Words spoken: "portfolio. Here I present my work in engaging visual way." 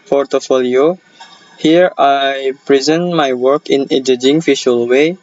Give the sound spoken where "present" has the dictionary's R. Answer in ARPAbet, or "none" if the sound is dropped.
R